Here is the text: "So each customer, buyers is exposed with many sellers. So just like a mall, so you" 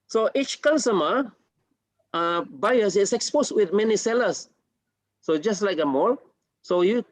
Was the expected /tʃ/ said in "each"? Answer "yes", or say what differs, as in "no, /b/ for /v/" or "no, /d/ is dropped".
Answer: yes